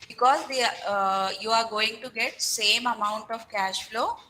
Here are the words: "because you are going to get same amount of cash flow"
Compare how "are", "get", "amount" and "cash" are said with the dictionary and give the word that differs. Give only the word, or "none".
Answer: none